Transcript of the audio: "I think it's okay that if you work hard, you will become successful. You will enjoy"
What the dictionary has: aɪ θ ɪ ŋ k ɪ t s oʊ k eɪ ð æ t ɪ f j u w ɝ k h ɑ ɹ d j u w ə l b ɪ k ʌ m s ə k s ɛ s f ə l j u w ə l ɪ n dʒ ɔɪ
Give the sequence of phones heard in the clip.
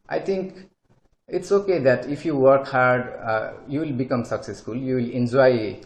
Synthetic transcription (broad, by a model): aɪ t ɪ ŋ k ɪ t s oʊ k eɪ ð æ t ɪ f j u w ɝ k h ɑ ɹ d j u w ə l b ɪ k ʌ m s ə k s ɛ s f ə l j u w ə l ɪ n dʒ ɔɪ